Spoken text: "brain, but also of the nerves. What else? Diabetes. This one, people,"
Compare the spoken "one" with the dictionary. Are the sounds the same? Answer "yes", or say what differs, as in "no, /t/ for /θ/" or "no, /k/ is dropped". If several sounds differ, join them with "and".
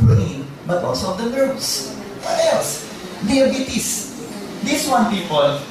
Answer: yes